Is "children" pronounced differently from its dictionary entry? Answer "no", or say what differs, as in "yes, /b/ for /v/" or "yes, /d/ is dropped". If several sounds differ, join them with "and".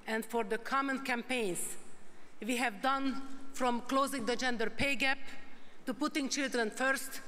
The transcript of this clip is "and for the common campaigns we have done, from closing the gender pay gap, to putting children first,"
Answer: no